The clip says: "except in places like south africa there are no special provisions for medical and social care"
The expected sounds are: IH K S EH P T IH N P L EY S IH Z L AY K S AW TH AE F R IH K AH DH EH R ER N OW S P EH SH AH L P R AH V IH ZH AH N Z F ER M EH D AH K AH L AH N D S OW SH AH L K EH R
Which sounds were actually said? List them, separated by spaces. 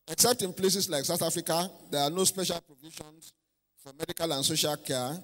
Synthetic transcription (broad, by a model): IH K S EH P T IH N P L EY S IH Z L AY K S AW TH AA F R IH K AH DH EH R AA N OW S P EH SH AH L P R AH V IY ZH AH N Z F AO M EH D AH K AH L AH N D S OW SH AH L K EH